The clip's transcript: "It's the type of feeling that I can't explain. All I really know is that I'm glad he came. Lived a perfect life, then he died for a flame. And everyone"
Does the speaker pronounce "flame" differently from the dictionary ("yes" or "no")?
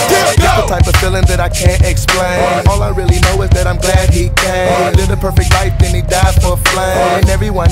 yes